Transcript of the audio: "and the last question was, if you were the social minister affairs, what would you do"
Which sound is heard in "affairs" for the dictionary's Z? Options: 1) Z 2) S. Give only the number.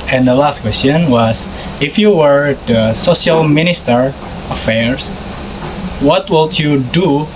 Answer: 2